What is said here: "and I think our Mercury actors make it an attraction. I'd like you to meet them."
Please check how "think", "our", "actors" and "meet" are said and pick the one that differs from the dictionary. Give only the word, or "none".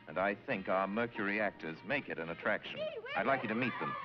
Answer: none